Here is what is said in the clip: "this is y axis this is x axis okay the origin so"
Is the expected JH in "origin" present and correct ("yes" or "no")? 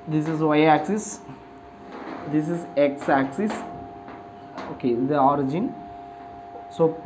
yes